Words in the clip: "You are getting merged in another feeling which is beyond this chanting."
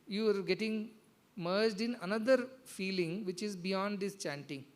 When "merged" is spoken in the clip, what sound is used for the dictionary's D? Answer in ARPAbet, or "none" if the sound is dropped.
D